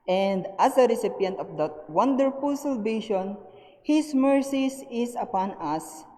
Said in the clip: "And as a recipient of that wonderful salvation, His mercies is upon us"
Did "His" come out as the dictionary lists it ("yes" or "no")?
no